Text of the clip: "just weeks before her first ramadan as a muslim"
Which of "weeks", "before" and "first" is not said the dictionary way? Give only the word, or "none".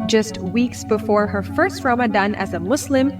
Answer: none